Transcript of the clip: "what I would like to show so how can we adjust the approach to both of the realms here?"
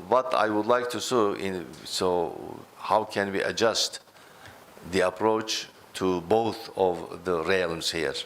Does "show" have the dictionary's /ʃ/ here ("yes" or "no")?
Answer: no